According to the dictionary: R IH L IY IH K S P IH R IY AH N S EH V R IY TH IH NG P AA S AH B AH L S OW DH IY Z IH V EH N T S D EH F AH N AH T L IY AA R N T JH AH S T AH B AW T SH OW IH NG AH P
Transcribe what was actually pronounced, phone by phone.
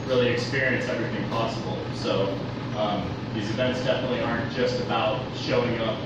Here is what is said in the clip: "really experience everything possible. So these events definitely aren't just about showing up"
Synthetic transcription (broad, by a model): R IH L IY IH K S P IH R IY AH N S EH V R IY TH IH NG P AA S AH B L S OW DH IY Z IH V EH N T S D EH F AH N AH T L IY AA R N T JH AH S T AH B AW T SH OW IH NG AH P